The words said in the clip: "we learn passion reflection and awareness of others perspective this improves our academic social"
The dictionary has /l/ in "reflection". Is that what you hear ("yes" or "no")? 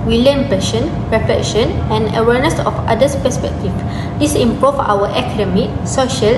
no